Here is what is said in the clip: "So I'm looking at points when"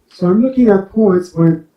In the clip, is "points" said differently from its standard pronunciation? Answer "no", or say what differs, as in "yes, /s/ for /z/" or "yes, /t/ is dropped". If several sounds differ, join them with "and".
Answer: no